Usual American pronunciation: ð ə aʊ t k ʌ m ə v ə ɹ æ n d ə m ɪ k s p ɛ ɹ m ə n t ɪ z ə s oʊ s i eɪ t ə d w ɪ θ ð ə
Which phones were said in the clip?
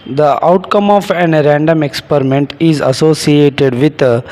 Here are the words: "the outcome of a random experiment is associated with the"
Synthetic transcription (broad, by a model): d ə aʊ t k ʌ m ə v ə ɹ æ n d ə m ɪ k s p ɛ ɹ m ə n t ɪ z ə s oʊ s i eɪ t ə d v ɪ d